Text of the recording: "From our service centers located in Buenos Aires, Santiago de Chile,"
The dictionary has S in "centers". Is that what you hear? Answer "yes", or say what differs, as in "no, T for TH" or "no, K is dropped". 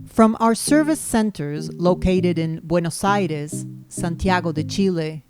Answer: yes